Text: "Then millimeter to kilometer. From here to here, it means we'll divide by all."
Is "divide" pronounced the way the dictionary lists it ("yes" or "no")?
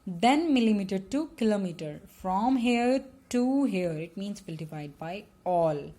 no